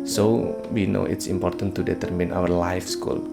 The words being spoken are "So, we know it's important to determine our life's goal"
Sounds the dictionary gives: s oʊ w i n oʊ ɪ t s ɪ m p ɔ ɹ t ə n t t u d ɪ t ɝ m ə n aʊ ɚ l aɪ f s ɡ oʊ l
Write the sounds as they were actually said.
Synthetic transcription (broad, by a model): s oʊ w i n oʊ ɪ t s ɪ m p ɔ ɹ t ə n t t u d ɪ t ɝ m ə n aʊ ɚ l aɪ f s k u l